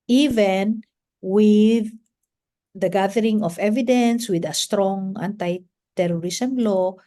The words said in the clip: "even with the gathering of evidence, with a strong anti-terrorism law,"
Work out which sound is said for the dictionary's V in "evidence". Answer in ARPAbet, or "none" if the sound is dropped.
V